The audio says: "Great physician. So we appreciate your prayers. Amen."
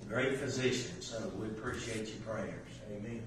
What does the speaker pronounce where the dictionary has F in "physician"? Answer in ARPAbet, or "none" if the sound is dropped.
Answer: F